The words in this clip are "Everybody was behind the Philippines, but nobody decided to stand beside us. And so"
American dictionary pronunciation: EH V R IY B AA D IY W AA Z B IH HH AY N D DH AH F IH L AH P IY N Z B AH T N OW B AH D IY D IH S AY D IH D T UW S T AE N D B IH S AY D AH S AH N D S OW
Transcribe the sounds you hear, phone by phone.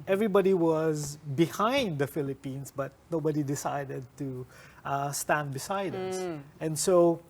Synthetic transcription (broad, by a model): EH V R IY B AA D IY W AA Z B IH HH AY N D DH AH F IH L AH P IY N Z B AH T N OW B AH D IY D IH S AY D IH D T UW S T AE N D B IH S AY D AH S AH N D S OW